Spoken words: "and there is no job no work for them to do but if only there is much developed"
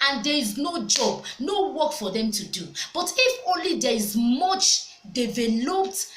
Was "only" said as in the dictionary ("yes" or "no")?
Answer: yes